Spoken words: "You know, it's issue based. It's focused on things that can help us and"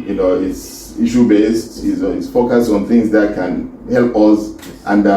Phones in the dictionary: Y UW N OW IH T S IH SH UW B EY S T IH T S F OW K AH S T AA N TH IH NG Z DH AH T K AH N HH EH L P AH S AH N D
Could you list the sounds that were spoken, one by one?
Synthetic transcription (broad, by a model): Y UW N OW IH T S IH SH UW B EY S T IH S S F OW K AH S T AA N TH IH NG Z DH AH T K AH N HH EH L P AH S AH N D